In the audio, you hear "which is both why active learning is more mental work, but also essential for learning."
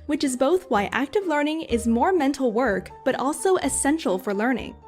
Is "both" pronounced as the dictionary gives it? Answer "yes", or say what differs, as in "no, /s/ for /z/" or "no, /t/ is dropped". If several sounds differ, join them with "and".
yes